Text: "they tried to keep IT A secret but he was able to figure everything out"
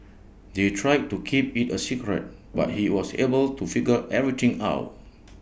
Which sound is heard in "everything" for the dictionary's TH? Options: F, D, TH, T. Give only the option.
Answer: T